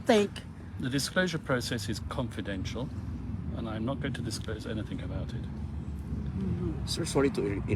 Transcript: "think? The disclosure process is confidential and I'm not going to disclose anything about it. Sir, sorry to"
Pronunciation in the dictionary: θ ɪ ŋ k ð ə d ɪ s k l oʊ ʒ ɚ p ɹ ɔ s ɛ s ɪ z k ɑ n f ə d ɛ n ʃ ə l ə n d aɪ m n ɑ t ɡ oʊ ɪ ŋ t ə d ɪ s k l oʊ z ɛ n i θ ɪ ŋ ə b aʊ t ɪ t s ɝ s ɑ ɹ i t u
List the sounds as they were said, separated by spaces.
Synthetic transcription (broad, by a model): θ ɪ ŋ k ð ə d ɪ s k l oʊ ʒ ɚ p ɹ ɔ s ɛ s ɪ z k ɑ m f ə d ɛ n ʃ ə l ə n aɪ m n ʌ t ɡ oʊ ɪ ŋ t ə d ɪ s k l oʊ z ɛ n i θ ɪ ŋ ə b aʊ t ɪ t s ɝ s ɑ ɹ i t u